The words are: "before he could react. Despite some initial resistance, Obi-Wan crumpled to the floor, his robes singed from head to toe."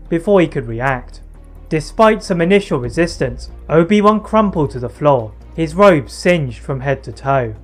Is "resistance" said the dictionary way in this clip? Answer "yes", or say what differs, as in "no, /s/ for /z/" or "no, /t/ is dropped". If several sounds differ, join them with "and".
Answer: yes